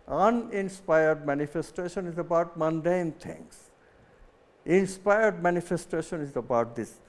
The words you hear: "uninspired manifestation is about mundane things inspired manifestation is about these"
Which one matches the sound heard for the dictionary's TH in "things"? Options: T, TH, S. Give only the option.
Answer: T